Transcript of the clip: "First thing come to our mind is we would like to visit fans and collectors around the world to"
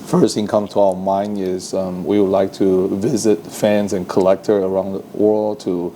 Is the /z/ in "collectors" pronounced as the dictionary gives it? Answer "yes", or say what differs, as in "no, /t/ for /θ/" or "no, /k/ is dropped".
no, /z/ is dropped